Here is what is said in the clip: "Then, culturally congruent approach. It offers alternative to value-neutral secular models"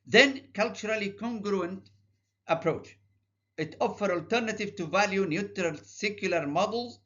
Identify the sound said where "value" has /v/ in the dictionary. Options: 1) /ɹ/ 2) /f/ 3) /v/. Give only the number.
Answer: 3